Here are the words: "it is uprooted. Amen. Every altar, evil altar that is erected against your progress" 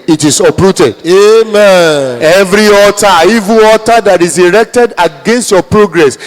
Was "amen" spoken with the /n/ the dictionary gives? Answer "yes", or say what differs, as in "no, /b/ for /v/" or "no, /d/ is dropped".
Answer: no, /n/ is dropped